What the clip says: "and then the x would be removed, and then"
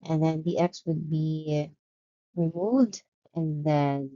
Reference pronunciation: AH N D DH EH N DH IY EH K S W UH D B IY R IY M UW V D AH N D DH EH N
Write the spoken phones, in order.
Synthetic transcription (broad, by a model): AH N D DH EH N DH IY EH K S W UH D B IY R IY M UW V D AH N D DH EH N